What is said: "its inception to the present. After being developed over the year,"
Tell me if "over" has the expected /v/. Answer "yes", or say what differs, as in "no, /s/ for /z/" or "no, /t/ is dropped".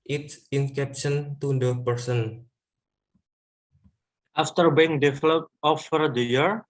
no, /f/ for /v/